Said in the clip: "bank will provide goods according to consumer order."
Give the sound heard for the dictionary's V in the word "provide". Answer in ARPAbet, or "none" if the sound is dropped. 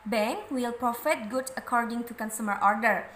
F